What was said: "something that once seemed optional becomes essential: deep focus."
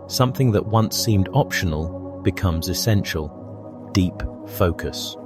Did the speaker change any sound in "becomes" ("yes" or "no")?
no